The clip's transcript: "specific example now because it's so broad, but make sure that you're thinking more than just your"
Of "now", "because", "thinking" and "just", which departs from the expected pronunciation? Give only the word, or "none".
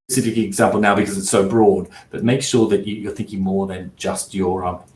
none